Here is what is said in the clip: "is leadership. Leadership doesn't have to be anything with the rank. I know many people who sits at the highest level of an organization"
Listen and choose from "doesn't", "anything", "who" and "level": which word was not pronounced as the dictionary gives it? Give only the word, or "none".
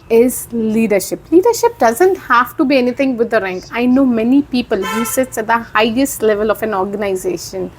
anything